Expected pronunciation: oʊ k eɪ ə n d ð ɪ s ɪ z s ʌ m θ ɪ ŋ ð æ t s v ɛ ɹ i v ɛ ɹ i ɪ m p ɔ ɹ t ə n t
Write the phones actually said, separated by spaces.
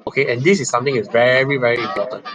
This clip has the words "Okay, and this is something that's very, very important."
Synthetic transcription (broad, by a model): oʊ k eɪ ə n d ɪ s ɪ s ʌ m t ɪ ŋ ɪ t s v ɛ ɹ i v ɛ ɹ i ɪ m p ɔ t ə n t